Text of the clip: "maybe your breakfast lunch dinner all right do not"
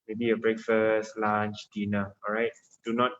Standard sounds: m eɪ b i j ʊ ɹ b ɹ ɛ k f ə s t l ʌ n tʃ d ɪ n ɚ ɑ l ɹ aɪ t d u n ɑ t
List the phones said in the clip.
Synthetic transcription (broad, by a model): m eɪ b i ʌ b ɹ ɛ k f ə s t l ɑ n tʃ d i n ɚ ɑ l ɹ aɪ t d u n ɑ t